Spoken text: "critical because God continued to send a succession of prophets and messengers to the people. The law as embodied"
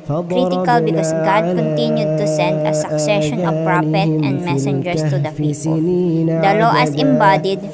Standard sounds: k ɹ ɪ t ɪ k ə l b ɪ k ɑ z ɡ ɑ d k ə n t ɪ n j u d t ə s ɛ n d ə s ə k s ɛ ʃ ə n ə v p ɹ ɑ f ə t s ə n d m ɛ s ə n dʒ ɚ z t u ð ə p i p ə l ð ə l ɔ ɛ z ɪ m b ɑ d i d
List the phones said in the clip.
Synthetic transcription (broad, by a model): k ɹ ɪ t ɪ k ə l b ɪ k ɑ s ɡ ɑ d k ə n t ɪ n j u d t ə s ɛ n d ə s ə k s ɛ ʃ ə n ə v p ɹ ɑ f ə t ə n d m ɛ s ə n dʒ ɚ s t u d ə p i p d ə l ɔ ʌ s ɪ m b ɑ d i d